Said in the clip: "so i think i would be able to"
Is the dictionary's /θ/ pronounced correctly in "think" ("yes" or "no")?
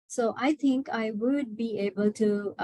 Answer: no